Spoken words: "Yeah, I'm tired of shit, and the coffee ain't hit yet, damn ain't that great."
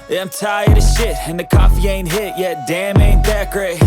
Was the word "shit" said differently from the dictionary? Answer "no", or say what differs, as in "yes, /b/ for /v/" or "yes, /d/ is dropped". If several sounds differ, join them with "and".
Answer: no